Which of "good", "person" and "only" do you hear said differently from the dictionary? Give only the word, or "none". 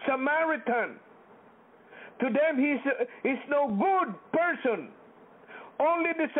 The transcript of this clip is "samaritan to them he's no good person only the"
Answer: none